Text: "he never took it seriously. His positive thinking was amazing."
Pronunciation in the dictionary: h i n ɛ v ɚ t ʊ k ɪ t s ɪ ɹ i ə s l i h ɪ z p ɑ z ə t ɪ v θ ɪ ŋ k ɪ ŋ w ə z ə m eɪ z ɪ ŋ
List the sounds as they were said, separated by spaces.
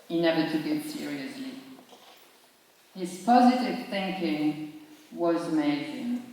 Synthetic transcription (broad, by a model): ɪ n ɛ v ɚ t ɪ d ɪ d s ɪ ɹ i ə s l i h ɪ z p ɑ z ə t ɪ v θ ɪ ŋ k ɪ ŋ w ə z m eɪ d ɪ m